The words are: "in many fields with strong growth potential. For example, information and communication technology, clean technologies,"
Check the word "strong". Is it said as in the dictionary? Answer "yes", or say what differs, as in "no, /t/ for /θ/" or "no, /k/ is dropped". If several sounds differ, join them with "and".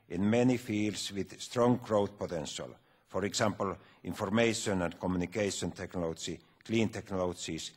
yes